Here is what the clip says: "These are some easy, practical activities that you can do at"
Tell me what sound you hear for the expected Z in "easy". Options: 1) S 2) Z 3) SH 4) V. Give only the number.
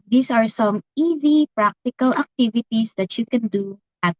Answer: 2